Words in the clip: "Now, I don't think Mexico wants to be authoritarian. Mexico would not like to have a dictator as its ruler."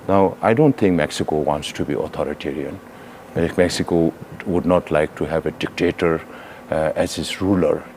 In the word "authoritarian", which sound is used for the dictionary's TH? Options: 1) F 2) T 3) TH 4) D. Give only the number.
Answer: 2